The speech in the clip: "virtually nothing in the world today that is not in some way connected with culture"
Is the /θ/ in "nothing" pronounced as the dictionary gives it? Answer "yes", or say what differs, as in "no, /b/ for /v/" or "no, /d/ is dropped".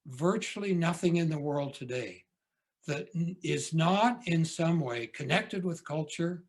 yes